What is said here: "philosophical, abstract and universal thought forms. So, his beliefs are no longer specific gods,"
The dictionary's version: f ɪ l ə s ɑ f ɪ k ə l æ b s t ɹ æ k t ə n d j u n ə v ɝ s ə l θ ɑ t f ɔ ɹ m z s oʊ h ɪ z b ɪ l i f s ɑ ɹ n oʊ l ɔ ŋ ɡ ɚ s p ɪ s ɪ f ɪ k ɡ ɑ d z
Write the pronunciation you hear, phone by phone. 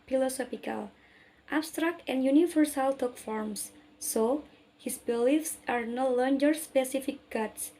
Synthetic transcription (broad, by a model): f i l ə s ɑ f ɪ k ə l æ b s t ɹ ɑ k t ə n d j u n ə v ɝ s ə l t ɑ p f ɔ ɹ m s oʊ h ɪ s b ɪ l i f s ɑ ɹ n oʊ l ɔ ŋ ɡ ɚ s p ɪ s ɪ f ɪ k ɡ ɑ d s